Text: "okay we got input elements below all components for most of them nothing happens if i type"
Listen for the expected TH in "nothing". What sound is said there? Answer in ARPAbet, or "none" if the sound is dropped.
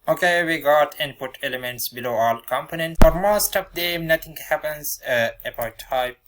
T